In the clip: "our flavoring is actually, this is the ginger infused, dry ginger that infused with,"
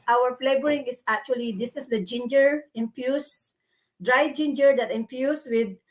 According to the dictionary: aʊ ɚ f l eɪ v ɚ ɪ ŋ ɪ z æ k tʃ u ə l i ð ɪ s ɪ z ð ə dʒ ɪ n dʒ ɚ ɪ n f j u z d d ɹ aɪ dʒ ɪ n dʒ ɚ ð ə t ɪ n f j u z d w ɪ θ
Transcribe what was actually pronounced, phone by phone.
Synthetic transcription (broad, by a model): aʊ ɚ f l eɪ b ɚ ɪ ŋ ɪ s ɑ k tʃ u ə l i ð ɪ s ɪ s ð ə dʒ ɪ n dʒ ɚ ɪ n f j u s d d ɹ aɪ dʒ ɪ n dʒ ɚ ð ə t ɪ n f j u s w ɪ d